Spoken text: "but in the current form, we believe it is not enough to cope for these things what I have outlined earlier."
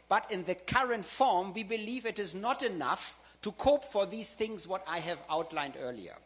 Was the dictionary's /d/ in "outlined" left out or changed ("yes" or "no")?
no